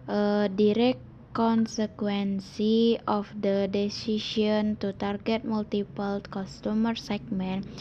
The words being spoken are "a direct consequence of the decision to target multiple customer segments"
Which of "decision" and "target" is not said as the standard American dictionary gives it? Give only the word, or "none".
decision